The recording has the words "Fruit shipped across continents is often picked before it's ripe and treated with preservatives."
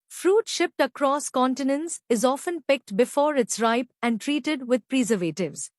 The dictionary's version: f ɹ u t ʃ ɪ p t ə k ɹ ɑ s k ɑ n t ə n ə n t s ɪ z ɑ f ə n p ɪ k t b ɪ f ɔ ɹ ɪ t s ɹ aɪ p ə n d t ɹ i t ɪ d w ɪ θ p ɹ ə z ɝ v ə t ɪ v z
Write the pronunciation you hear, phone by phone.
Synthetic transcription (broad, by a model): f ɹ u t ʃ ɪ p t ə k ɹ ɑ s k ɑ n t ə n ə n s ɪ z ɑ f ə n p ɪ k t b ɪ f ɔ ɹ ɪ t s ɹ aɪ p ə n d t ɹ i t ɪ d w ɪ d p ɹ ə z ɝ v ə t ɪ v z